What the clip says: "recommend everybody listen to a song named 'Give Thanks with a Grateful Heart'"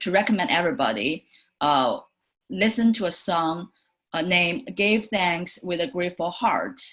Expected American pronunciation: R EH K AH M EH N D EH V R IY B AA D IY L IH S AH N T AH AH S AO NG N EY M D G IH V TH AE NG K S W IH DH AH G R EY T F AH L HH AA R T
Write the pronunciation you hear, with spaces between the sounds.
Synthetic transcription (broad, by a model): R EH K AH M EH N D EH V R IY B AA D IY L IH S AH N T AH AH S AO NG N EY M G IH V TH AE NG K S W IH DH AH G R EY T F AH L HH AA R T